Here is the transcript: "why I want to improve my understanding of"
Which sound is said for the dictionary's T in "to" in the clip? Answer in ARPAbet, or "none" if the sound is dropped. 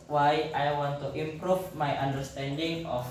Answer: T